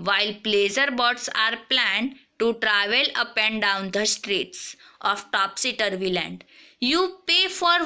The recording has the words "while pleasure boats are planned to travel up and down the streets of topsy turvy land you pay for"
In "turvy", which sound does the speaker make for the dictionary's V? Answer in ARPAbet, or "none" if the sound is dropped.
V